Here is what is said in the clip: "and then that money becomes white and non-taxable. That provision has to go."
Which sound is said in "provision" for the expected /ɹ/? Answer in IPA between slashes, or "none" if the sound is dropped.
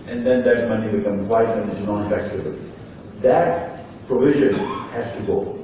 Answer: /ɹ/